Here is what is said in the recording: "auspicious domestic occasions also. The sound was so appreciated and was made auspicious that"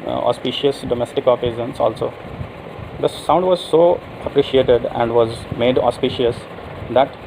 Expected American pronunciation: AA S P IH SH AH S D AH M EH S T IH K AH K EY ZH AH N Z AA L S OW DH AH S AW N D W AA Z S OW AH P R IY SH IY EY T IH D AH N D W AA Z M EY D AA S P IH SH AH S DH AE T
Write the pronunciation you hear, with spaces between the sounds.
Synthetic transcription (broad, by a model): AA S P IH SH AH S D AH M EH S T IH K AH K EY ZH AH N S AA L S OW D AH S AW N D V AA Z S OW AH P R IY SH IY EY T IH D AH N D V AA Z M EY D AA S P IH SH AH S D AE T